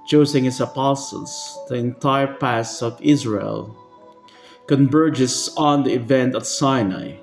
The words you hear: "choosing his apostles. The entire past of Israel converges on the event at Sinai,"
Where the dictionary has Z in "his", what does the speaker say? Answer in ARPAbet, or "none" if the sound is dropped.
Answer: S